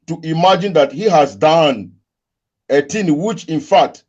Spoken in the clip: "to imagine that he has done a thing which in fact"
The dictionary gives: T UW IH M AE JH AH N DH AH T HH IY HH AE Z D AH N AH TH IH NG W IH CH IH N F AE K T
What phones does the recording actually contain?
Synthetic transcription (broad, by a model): T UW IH M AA JH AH N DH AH T HH IY HH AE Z D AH N AH T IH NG W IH CH IH N F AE K T